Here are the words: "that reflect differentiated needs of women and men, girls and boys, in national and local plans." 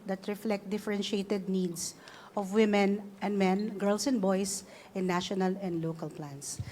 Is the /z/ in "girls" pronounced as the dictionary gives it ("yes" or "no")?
no